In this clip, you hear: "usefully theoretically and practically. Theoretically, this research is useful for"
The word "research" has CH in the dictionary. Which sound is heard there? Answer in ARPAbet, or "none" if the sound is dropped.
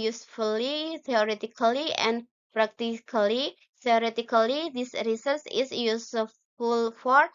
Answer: S